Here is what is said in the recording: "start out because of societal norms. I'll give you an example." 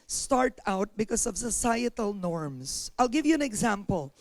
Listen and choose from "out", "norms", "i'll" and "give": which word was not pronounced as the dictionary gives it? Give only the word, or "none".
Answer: norms